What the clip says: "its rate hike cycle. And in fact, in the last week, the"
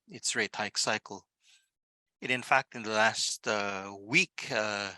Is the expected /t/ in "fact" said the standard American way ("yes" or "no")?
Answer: yes